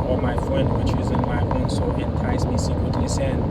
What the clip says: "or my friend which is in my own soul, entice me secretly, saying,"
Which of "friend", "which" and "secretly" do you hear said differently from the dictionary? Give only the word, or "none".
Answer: none